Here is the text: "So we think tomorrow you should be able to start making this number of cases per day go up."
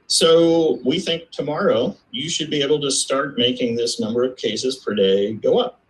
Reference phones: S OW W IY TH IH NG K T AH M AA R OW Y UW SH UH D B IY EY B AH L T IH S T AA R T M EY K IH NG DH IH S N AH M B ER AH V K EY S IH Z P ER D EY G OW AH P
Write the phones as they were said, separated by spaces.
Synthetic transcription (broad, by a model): S OW W IY TH IH NG K T AH M AA R OW Y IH SH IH D B IY EY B L T IH S T AA R T M EY K IH NG DH IH S N AH M B ER AH V K EY S IH Z P ER D EY G OW AH P